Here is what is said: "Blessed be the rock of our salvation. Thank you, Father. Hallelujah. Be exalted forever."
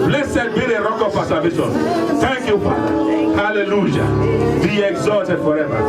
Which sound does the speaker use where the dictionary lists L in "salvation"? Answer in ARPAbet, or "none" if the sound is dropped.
none